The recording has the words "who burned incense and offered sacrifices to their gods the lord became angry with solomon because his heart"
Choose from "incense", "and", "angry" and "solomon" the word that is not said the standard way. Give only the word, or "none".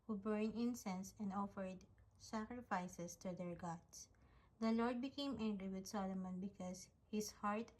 none